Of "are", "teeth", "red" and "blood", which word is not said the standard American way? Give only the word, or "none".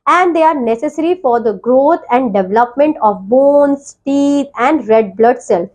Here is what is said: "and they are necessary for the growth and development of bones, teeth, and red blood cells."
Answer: teeth